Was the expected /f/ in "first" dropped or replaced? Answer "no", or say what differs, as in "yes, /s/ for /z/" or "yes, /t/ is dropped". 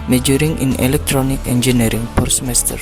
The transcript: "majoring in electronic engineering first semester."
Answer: yes, /p/ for /f/